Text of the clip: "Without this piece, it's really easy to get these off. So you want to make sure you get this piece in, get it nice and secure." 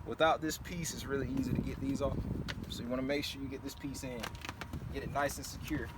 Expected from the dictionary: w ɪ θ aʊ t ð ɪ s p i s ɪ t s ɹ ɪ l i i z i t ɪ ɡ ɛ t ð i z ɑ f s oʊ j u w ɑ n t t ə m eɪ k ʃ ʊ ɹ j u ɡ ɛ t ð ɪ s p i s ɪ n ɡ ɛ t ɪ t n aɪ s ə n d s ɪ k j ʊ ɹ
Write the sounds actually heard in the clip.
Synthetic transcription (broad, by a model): w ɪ θ aʊ t ð ɪ s p i s ɪ t s ɹ ɪ l i i z i t ɪ ɡ ɛ t ð i z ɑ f s oʊ j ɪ w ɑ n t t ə m eɪ k ʃ ʊ ɹ j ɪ ɡ ɛ t ð ɪ s p i s ɪ n ɡ ɛ t ɪ t n aɪ s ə n s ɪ k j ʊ ɹ